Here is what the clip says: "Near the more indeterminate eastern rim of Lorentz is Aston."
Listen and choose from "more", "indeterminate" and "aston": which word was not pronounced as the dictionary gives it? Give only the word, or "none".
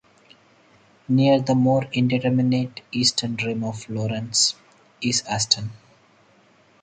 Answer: none